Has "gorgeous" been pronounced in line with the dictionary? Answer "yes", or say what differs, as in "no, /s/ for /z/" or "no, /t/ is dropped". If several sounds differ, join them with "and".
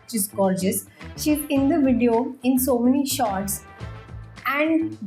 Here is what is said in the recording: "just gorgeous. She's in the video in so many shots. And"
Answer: no, /l/ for /ɹ/